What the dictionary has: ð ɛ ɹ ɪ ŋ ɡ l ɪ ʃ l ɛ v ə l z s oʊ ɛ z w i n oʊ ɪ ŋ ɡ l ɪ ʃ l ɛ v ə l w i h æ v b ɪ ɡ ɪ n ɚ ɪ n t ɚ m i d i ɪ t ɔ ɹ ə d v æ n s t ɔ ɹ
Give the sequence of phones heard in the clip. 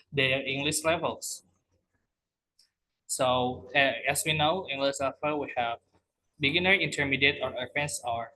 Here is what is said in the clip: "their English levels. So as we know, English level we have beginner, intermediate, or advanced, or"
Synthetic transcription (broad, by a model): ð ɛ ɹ ɪ ŋ ɡ l ɪ ʃ l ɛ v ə l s s oʊ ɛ s w i n oʊ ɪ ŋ ɡ l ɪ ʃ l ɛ f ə w i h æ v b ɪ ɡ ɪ n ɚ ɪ n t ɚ m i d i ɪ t ɔ ɹ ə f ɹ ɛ n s ɔ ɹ